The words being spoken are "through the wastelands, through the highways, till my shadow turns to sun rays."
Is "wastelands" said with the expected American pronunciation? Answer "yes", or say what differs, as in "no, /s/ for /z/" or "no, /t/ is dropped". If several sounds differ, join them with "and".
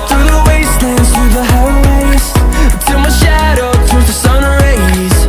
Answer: no, /l/ is dropped